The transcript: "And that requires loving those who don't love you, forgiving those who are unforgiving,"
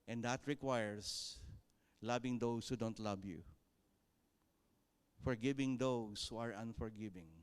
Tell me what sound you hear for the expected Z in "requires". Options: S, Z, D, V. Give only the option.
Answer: S